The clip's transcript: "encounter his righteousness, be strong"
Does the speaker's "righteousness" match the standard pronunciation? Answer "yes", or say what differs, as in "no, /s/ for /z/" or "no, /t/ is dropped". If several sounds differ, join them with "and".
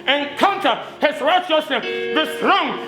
no, /n/ is dropped